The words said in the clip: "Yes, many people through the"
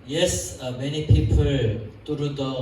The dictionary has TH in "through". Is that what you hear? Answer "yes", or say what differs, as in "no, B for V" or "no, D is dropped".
no, T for TH